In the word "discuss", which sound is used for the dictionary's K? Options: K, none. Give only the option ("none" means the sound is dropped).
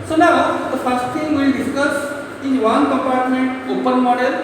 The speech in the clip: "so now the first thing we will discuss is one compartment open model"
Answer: K